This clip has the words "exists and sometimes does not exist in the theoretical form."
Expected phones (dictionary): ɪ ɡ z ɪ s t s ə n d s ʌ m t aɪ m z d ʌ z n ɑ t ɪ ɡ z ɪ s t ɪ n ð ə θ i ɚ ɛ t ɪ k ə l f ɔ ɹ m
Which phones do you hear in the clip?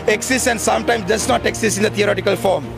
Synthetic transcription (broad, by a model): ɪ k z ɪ s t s ə n d s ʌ m t aɪ m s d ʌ s n ɑ t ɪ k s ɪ s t ɪ n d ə t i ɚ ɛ t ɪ k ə l f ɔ ɹ m